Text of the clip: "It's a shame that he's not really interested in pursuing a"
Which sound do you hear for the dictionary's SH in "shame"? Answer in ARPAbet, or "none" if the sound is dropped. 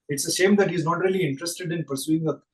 S